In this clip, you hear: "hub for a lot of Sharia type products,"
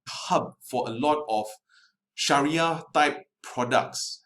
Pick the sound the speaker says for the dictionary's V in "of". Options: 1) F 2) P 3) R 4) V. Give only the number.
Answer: 1